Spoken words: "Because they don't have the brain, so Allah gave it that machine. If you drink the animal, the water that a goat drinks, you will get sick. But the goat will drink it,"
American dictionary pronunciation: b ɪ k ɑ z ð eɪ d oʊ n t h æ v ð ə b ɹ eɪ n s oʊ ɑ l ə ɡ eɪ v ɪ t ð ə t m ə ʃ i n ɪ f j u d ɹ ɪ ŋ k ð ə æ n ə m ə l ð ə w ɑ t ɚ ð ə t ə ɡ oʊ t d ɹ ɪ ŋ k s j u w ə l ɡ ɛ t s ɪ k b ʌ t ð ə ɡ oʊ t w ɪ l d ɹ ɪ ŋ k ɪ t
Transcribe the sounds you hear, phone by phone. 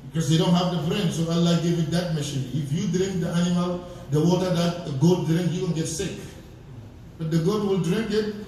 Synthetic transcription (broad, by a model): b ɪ k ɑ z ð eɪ d oʊ n t h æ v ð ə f ɹ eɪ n s oʊ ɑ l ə ɡ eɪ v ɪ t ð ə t m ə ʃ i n ɪ f j u d ɹ ɪ ŋ k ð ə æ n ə m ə l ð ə w ɑ t ɚ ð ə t ə ɡ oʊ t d ɹ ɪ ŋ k j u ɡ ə n ɡ ɛ t s ɪ k b ʌ t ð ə ɡ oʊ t w ɪ l d ɹ ɪ ŋ k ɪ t